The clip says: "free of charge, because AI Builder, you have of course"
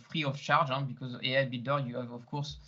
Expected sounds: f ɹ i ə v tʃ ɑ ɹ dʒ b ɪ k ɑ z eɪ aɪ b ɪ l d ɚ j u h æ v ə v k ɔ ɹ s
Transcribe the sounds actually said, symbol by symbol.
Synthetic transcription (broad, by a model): f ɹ i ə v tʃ ɑ ɹ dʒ b ɪ k ɑ z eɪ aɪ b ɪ d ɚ j u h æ v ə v k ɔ ɹ s